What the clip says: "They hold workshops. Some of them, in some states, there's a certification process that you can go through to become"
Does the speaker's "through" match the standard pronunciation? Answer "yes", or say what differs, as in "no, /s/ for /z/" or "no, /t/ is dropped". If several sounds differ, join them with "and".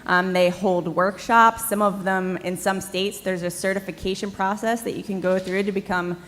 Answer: yes